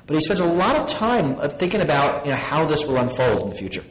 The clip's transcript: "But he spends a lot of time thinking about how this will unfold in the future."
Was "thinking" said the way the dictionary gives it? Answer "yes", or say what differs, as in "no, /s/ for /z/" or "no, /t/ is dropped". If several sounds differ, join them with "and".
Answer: yes